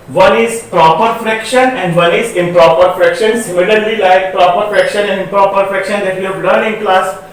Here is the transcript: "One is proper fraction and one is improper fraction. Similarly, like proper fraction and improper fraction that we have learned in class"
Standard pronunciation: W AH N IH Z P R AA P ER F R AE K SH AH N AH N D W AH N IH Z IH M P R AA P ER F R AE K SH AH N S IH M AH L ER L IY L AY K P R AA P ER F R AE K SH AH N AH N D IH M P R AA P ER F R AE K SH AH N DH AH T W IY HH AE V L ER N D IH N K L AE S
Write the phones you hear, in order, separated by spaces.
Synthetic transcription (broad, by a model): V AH N IH Z P R AA P ER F R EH K SH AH N AH N D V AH N IH Z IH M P R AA P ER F R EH K SH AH N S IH M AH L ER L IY L AY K P R AA P ER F R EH K SH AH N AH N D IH P R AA P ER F R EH K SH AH N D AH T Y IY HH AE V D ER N IH N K L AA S